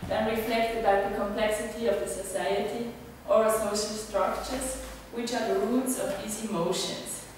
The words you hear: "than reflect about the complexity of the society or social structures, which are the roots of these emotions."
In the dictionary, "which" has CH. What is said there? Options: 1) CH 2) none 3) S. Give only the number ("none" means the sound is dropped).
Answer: 1